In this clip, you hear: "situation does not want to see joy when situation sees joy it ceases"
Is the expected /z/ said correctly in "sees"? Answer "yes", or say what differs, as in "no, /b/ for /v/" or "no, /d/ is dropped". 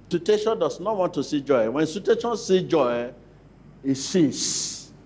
no, /z/ is dropped